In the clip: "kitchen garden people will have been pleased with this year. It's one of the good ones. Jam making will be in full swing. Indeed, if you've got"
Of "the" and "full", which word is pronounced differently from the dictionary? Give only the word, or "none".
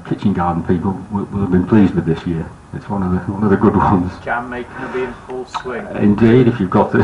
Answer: none